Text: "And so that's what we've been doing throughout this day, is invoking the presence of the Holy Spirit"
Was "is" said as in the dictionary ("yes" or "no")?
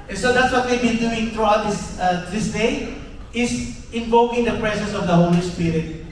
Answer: no